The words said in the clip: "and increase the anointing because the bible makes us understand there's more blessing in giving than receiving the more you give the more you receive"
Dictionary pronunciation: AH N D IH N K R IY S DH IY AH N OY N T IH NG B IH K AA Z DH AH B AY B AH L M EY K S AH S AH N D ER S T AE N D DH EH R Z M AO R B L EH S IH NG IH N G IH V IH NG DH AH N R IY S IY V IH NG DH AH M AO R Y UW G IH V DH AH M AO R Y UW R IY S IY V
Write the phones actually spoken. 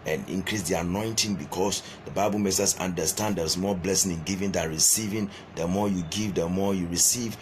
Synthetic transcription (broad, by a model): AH N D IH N K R IY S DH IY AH N OY N T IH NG B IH K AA S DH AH B AY B AH L M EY S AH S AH N D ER S T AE N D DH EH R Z M AO B L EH S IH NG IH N G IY V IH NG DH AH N R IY S IY V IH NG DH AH M AO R Y UW G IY V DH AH M AO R Y UW R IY S IY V